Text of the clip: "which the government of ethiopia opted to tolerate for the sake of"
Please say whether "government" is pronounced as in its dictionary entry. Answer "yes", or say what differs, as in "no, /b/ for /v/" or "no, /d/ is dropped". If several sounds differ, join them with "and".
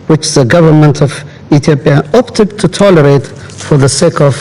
yes